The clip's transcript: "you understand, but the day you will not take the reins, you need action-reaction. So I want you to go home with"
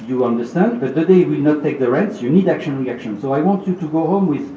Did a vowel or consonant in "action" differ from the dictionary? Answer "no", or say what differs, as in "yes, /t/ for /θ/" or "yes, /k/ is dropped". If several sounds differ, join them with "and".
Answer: no